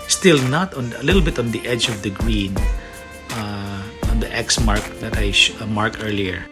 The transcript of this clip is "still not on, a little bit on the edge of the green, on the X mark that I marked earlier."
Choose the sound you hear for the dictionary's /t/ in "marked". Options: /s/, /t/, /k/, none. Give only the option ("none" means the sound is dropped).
none